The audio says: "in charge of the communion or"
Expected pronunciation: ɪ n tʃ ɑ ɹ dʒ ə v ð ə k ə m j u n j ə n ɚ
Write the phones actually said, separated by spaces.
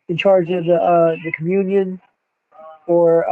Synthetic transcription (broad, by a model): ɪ n tʃ ɑ ɹ dʒ ə v ð ə k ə m j u n j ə n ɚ